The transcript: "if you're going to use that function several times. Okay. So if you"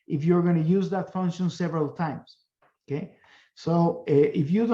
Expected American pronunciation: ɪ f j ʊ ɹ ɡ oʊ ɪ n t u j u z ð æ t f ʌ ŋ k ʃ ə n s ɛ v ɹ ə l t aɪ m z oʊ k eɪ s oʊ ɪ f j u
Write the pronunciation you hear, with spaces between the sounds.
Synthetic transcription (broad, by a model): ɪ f j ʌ ɹ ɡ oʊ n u j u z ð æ t f ʌ ŋ k ʃ ə n s ɛ v ɹ ə l t aɪ m s oʊ k eɪ s oʊ ɪ f j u